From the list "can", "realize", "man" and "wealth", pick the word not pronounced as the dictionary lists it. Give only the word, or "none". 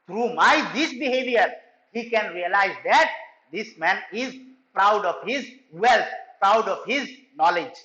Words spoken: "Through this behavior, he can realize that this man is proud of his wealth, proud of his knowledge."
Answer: wealth